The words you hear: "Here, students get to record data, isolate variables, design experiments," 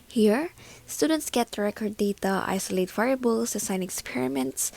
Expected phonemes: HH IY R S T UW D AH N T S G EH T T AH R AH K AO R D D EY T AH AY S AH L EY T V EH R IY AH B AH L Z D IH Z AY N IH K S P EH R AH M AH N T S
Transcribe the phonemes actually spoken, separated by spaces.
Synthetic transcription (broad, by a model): HH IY R S T UW D AH N T S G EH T T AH R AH K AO R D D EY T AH AY S AH L EY T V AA IY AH B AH L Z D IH S AY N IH K S P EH R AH M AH N T S